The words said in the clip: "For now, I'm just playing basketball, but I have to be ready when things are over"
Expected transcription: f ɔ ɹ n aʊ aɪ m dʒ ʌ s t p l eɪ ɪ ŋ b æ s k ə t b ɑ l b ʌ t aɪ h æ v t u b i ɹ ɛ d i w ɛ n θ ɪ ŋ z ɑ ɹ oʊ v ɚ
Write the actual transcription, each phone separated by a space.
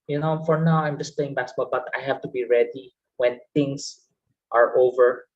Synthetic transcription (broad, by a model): f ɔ ɹ n aʊ aɪ m dʒ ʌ s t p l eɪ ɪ ŋ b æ k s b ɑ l b ʌ t aɪ h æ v t u b i ɹ ɛ d i w ɛ n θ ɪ ŋ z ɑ ɹ oʊ v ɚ